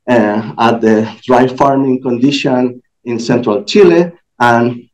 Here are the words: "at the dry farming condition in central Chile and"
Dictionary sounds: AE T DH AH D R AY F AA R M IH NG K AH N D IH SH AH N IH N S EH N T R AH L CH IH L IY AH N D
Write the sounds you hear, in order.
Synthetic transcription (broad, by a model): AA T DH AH D R AY F AA R M IH NG K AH N D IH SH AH N IH N S EH N T R AH L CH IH L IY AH N